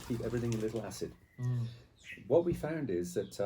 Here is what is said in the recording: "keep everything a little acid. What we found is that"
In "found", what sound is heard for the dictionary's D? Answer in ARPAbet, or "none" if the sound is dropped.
D